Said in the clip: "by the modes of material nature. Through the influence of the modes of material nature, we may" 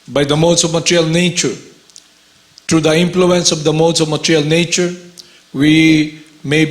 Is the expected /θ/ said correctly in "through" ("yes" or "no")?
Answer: no